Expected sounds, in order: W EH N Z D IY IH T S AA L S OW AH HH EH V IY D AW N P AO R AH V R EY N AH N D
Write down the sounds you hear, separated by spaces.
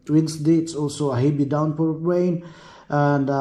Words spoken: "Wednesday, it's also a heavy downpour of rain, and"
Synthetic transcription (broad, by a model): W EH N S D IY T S AA L S OW AH HH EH B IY D AW N P AO R R EY N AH N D